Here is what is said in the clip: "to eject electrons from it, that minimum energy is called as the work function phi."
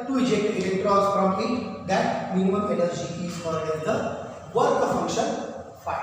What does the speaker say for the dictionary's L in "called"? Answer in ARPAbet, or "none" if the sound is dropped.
none